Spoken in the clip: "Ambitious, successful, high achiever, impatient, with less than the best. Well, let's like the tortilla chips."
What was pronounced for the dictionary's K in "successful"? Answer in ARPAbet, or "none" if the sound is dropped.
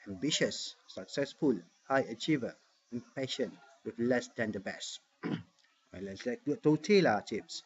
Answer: K